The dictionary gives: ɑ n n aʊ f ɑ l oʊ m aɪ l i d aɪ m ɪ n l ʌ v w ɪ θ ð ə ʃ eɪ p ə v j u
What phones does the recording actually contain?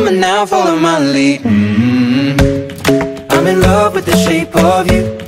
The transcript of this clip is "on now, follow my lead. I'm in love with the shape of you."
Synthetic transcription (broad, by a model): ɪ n n aʊ f ɑ l oʊ m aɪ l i aɪ m ɪ n l ʌ v w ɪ ð ə ʃ eɪ p ə v j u